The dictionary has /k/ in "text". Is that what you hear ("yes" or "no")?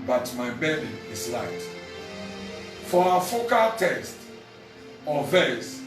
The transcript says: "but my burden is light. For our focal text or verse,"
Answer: no